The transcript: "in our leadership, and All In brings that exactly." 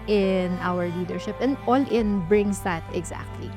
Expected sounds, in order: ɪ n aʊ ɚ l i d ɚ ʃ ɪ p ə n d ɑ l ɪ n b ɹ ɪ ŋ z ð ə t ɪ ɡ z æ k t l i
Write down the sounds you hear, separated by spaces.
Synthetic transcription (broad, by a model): ɪ n aʊ ɚ l i d ɚ ʃ ɪ p ə n d ɑ l ɪ n b ɹ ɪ ŋ s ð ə t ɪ ɡ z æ k t l i